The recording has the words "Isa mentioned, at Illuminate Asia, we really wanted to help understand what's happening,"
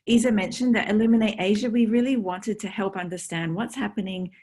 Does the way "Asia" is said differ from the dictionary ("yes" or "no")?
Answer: no